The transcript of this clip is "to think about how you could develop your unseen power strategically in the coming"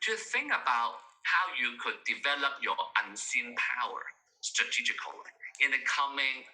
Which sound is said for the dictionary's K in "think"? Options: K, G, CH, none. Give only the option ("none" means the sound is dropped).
K